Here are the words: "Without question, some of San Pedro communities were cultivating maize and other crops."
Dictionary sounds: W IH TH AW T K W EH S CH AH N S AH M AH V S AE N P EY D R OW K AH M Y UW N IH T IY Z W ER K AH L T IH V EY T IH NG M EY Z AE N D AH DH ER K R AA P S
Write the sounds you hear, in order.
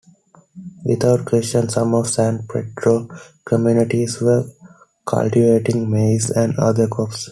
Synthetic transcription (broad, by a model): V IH T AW T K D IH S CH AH N S AH M AH V S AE N P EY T R OW K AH M Y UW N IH T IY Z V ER K AH L T IH V EY T IH NG M EY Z AE N D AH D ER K AA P S